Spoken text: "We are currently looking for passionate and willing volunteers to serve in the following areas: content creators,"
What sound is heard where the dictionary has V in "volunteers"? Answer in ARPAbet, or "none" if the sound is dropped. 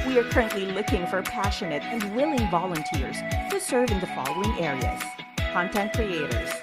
V